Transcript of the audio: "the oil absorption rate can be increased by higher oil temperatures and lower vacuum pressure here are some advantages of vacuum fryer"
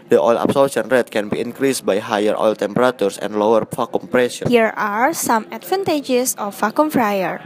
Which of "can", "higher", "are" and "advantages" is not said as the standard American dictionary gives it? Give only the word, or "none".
advantages